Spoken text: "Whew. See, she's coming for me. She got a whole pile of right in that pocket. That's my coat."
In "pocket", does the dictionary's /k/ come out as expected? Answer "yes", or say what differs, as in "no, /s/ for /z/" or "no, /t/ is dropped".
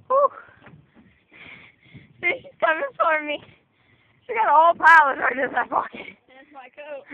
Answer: no, /k/ is dropped